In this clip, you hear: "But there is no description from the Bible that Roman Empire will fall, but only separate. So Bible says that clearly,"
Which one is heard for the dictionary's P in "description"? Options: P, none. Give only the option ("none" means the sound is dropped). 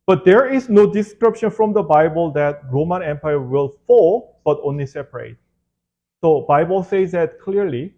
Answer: P